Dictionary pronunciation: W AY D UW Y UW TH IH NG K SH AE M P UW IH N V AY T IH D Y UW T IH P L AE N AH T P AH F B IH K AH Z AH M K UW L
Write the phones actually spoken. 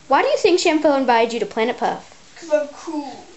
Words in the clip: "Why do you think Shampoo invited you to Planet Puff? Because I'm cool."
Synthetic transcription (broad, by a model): W AY D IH Y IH TH IH NG K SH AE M F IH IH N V AY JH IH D T IH P L AE N AH T P AH F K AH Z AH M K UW L